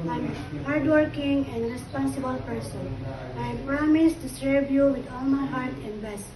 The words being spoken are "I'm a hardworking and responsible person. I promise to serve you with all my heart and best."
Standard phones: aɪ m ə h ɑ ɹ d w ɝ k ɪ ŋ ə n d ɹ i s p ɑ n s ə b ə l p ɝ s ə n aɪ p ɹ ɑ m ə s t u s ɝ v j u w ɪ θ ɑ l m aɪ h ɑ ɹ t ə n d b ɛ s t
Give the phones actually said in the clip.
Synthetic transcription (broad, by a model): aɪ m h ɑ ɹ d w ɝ k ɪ ŋ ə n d ɹ i s p ɑ n s ə b ə l p ɝ s ə n aɪ p ɹ ɑ m ə s t u s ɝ b j u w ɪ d ɑ l m aɪ h ɑ ɹ t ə n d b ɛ s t